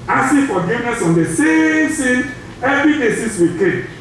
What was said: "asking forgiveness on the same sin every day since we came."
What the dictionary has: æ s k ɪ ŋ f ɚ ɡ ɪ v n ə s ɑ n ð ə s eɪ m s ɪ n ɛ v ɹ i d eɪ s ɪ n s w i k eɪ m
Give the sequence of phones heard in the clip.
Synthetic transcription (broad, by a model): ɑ s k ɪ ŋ f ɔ ɡ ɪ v n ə s ɑ n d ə s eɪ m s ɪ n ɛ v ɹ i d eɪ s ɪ s w i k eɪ